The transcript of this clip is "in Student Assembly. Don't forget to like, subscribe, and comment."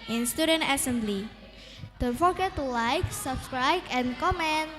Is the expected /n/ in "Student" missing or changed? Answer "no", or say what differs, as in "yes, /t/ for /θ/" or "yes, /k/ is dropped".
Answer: no